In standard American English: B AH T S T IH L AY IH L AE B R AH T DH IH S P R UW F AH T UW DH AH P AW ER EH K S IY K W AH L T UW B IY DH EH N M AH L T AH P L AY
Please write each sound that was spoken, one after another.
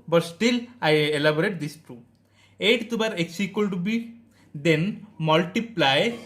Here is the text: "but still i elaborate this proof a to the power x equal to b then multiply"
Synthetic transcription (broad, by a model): B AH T S T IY L AY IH L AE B R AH T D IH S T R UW AH T UW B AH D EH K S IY K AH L T UW B IY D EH N M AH L T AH P L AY